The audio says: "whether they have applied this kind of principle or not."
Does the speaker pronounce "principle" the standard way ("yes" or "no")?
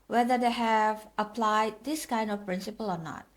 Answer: yes